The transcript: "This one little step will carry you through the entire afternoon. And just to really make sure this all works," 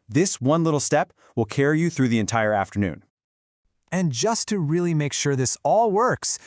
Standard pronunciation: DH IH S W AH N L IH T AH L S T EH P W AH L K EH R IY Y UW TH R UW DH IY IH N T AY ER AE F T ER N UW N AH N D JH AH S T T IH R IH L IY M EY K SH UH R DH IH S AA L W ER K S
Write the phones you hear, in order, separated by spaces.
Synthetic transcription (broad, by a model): DH IH S W AH N L IH T L S T EH P W AH L K EH R IY Y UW TH R UW DH IY IH N T AY ER AE F T ER N UW N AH N JH AH S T T IH R IH L IY M EY K SH UH R DH IH S AA L W ER K S